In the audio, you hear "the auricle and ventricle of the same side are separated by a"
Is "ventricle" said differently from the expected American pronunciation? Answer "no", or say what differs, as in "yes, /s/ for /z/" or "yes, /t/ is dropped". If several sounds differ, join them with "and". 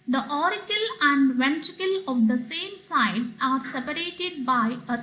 no